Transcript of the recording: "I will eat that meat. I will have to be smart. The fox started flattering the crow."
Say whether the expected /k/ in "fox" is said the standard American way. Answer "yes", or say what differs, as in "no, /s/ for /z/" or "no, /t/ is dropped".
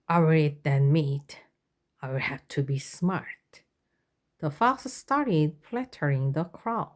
no, /k/ is dropped